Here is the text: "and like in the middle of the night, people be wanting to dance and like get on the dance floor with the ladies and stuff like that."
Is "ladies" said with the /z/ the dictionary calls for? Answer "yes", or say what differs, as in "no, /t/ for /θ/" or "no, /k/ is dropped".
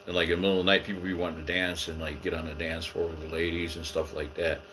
yes